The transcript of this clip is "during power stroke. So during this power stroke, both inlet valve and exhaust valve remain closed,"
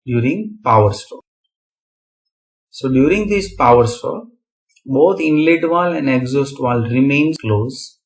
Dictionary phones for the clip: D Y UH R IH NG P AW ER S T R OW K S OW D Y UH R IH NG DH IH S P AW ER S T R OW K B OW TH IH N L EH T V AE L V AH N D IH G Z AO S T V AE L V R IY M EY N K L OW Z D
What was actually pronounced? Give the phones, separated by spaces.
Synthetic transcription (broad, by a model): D Y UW R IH NG P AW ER S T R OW S OW D Y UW R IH NG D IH S P AW ER S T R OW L B OW T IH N L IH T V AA L AH N D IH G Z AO S T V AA L R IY M EY N K L OW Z